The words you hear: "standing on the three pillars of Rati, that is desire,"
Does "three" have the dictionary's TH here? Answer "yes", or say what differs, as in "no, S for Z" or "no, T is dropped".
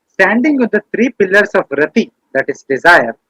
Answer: no, T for TH